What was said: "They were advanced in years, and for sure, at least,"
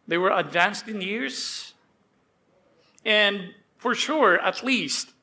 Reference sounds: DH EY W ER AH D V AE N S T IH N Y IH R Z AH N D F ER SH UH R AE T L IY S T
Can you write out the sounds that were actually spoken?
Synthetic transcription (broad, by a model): DH EY W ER AH D V AE N S T IH N Y IH R Z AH N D F ER SH UH R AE T L IY S T